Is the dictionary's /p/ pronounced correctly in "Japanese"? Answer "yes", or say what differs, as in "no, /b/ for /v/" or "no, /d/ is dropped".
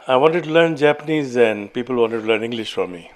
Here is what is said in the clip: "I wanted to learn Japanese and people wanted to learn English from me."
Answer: yes